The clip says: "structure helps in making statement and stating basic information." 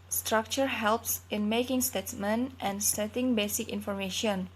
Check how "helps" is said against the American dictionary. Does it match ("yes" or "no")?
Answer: yes